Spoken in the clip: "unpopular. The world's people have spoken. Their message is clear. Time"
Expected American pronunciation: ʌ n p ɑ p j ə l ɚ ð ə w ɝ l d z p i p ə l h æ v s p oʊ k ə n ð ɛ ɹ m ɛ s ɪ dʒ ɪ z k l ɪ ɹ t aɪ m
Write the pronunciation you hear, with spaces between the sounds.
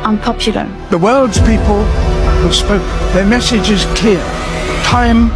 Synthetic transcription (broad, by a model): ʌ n p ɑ p j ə l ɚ ð ə w ɝ l d z p i p ə l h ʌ s p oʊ ə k ð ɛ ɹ m ɛ s ɪ dʒ ɪ z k ɪ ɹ t aɪ m